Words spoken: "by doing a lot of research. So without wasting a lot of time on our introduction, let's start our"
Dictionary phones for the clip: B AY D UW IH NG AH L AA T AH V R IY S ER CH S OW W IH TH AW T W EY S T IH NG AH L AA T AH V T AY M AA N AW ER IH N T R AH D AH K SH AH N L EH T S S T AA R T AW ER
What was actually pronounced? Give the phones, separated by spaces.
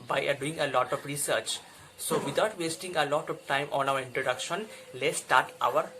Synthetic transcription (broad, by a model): B AY D UW IH NG AH L AA T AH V R IY S ER CH S OW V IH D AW T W EY S T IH NG AH L AA T AH V T AY M AA N AW ER IH N T R AH D AH K SH AH N L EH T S S T AA R T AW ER